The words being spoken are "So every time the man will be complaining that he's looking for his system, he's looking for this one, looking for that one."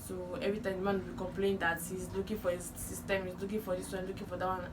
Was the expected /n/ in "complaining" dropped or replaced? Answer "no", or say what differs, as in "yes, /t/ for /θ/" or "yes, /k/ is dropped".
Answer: yes, /n/ is dropped